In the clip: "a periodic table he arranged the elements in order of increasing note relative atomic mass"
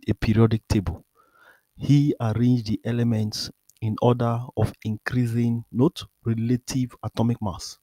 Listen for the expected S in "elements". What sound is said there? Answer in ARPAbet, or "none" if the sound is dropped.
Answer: S